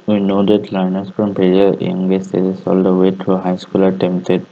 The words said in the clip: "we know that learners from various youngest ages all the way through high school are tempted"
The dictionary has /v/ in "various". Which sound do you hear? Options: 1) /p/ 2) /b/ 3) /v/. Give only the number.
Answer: 1